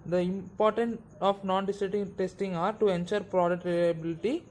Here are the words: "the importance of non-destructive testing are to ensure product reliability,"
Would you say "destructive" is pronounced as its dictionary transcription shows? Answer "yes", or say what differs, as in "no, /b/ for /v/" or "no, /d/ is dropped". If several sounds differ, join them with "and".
no, /ɹ/ is dropped and /k/ is dropped